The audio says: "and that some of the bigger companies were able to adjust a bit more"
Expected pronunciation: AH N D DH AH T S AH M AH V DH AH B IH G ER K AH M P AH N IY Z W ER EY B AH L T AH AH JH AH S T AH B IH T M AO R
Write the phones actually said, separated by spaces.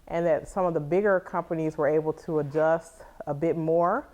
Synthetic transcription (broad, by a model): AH N DH AH T S AH M AH V DH AH B IH G ER K AH M P AH N IY Z W ER EY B L T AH AH JH AH S T AH B IH T M AO R